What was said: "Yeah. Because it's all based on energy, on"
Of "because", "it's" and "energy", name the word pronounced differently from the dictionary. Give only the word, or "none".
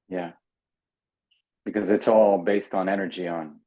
none